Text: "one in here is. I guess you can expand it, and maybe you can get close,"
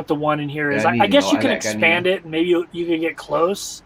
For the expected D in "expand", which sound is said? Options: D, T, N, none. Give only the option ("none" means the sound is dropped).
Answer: D